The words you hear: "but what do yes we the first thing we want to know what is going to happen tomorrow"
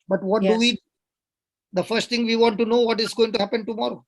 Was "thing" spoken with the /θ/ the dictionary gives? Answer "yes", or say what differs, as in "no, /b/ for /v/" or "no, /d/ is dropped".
no, /t/ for /θ/